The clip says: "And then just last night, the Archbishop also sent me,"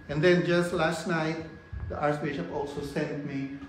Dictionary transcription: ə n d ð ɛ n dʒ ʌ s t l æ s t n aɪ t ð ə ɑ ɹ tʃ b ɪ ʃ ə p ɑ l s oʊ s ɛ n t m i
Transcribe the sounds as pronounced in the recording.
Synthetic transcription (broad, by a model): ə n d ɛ n dʒ ʌ s t l æ s t n aɪ t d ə ɑ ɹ s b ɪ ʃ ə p ɑ l s oʊ s ɛ n t m i